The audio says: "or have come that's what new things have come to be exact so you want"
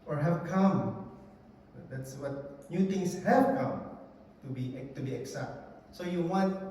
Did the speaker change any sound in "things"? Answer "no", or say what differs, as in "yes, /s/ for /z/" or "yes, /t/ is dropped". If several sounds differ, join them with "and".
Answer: yes, /t/ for /θ/